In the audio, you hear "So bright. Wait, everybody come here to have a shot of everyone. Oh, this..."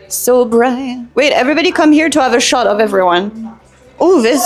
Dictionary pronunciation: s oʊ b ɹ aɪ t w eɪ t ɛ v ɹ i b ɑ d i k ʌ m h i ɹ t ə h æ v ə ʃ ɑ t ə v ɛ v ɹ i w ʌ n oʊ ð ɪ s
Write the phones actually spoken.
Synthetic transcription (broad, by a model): s oʊ b ɹ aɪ w eɪ t ɛ v ɹ i b ɑ d i k ʌ m h i ɹ t ə v ə ʃ ɑ t ə v ɛ v ɹ i w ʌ n oʊ ð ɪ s